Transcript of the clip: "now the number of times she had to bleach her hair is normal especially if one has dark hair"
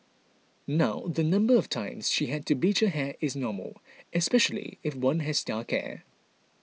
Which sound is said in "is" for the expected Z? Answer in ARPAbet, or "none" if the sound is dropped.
Z